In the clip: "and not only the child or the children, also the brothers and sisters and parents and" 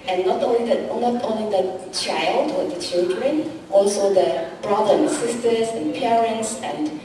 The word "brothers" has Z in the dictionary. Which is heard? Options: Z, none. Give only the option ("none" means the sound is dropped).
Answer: none